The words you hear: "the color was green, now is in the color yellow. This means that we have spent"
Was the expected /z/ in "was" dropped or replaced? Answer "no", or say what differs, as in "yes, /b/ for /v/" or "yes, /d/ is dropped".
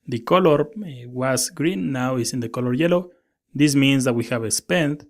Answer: yes, /s/ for /z/